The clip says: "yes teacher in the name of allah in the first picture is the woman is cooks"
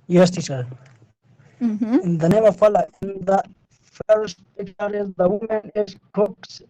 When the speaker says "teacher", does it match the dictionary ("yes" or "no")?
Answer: no